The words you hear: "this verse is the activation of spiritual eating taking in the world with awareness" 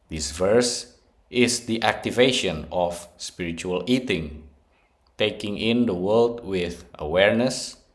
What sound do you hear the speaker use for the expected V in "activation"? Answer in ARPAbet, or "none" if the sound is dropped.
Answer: V